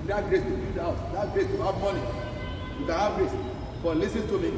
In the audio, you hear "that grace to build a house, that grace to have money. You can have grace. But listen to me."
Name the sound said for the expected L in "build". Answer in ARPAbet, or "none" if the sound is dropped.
none